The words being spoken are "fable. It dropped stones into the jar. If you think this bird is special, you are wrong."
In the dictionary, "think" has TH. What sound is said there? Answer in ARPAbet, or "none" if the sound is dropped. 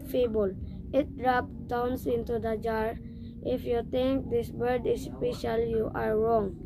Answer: T